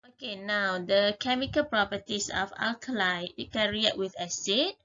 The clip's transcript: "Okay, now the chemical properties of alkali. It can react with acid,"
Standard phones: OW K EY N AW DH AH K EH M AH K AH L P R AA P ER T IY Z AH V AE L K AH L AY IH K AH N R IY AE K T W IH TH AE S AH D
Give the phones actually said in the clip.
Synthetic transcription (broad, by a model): OW K EY N AW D AH K EH M AH K AH L P R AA P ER T IY S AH F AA L K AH L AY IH K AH R IY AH T W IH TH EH S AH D